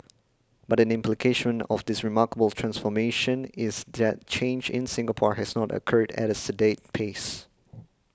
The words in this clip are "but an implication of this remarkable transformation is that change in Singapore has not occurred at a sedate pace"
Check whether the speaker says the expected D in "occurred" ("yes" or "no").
yes